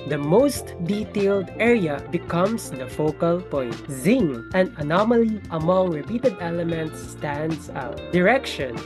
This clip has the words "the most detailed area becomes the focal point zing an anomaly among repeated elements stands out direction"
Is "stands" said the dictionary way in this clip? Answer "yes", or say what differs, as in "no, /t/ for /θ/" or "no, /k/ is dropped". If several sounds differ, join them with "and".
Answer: no, /s/ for /z/